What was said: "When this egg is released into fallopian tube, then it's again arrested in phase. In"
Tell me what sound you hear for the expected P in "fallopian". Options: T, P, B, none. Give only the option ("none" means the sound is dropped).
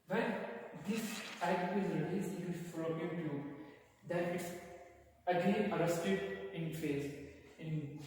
none